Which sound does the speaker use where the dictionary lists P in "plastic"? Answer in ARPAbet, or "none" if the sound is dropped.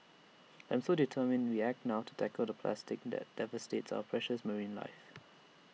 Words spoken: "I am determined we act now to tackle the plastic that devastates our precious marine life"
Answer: P